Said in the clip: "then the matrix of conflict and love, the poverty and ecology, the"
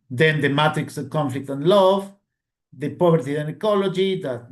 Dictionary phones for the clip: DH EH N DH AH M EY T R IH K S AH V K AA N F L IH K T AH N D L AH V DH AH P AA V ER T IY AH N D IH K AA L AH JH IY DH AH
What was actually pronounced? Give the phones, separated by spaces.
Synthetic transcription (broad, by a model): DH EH N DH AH M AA T R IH K S AH V K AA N F L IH K T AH N L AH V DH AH P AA B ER T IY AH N IH K AA L AH JH IY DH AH